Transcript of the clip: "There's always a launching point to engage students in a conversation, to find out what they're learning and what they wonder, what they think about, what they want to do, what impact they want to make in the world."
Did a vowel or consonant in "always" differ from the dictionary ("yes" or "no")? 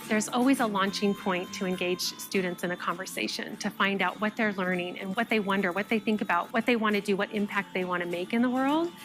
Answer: no